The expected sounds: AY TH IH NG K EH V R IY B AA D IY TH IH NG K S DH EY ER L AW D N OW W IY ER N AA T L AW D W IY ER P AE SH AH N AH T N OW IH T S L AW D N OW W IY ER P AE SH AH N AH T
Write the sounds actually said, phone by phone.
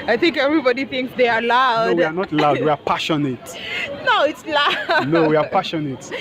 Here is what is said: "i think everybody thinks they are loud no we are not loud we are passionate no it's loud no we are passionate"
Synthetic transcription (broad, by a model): AY TH IH NG K EH V R IY B AA D IY TH IH NG K S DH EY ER L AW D W IY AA N AA T L AW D W IY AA P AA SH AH N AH T N OW IH T S L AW N OW W IY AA P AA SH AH N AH T